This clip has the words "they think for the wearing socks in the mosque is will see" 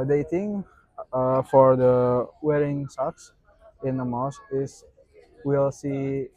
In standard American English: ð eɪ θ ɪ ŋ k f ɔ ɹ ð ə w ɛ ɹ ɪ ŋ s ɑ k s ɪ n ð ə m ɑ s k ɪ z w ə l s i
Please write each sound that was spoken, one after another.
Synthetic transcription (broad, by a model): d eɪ t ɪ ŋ f ɔ ɹ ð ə w ɛ ɹ ɪ ŋ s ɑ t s ɪ n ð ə m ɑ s ɪ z w ə l s i